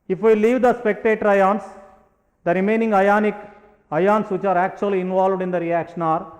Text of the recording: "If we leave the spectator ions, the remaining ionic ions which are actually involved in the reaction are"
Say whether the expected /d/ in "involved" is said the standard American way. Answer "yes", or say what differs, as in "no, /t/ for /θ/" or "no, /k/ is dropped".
yes